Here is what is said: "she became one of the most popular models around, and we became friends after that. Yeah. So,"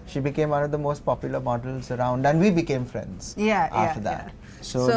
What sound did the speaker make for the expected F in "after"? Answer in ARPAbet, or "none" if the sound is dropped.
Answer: none